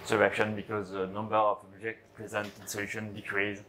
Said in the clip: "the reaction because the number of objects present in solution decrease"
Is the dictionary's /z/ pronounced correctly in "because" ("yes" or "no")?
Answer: yes